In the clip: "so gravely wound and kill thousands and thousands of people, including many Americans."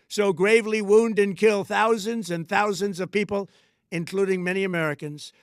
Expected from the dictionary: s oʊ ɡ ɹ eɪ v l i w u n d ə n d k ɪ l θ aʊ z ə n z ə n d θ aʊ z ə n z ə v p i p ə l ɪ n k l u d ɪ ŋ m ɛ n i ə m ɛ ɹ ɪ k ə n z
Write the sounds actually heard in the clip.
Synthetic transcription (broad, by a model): s oʊ ɡ ɹ eɪ v l i w u n d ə n k ɪ l θ aʊ z ə n z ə n θ aʊ z ə n z ə v p i p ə l ɪ n k l u d ɪ ŋ m ɛ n i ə m ɛ ɹ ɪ k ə n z